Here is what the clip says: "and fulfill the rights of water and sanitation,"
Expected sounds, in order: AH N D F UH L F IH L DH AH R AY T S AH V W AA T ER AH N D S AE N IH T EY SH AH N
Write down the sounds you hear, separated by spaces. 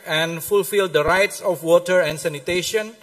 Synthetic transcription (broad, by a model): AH N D F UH L F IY L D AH R AY T S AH F W AA T ER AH N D S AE N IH T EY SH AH N